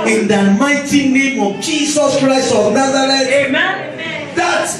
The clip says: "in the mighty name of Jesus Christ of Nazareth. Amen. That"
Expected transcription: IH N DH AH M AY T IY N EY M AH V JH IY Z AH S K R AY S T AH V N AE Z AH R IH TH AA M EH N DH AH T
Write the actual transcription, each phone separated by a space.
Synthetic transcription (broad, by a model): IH N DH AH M AY T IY N EY M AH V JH IY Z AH S K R AY S AH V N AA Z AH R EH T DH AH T